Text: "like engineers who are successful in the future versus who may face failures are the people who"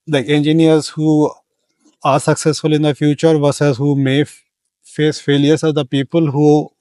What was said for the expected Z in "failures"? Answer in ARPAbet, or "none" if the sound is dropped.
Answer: S